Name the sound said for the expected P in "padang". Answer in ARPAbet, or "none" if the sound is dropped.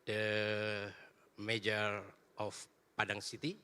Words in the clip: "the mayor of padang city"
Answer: P